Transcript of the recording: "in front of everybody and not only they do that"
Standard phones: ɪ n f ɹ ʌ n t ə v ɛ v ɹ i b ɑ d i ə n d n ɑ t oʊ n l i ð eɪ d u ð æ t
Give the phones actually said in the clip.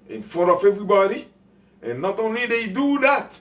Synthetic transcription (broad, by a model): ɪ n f ɔ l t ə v ɛ v ɹ i b ɑ d i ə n n ɑ t oʊ n l i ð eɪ d u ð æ t